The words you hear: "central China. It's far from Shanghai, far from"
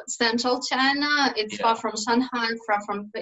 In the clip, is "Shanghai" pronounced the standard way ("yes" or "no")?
no